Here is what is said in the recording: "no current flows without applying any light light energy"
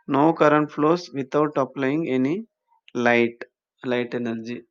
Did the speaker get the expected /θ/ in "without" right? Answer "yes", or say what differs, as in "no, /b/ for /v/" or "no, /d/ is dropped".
no, /t/ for /θ/